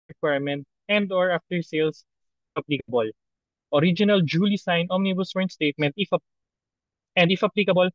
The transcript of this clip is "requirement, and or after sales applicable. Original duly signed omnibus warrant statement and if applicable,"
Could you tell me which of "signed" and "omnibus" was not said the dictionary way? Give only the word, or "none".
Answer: signed